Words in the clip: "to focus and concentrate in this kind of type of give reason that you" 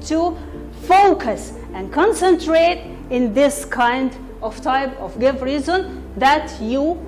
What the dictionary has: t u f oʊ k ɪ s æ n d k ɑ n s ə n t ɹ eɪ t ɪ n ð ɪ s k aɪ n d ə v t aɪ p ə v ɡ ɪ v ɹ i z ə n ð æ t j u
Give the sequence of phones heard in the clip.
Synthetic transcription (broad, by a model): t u f oʊ k ɪ s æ n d k ɑ n s ə n t ɹ eɪ t ɪ n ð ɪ s k aɪ n d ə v t aɪ p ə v ɡ ɪ v ɹ i z ə n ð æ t j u